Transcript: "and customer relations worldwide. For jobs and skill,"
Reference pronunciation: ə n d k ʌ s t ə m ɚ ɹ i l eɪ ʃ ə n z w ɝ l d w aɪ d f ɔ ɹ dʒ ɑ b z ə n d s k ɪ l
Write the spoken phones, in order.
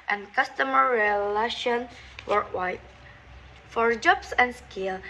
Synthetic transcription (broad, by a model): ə n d k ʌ s t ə m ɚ ɹ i l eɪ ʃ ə n w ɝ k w aɪ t f ɔ ɹ dʒ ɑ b s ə n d s k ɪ l